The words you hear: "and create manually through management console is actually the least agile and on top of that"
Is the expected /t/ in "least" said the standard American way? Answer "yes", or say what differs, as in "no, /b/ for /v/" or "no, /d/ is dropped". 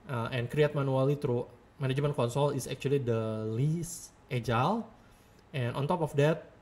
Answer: yes